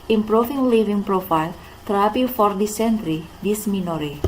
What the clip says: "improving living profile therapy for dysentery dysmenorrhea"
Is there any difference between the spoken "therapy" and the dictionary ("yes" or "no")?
yes